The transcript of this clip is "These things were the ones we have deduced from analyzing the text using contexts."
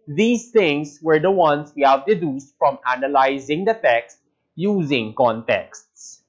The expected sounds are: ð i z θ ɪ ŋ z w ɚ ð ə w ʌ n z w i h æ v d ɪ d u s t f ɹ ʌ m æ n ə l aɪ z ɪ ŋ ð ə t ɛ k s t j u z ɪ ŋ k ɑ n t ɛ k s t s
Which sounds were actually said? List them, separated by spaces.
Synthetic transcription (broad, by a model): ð i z t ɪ ŋ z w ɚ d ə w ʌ n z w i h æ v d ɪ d u s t f ɹ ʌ m æ n ə l aɪ z ɪ ŋ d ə t ɛ k s t j u z ɪ ŋ k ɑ n t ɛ k s t s